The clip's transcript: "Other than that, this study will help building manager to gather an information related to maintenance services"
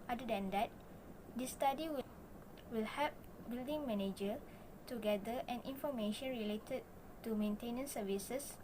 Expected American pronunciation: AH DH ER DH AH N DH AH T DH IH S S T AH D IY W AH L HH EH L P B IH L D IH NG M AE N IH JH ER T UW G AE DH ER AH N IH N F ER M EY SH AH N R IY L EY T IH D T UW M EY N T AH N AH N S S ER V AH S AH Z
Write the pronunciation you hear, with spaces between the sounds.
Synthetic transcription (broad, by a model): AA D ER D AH N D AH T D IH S S T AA D IY W AH L HH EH P B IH L D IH NG M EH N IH JH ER T UW G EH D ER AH N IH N F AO M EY SH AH N R IY L EY T IH D T UW M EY N T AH N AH N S S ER V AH S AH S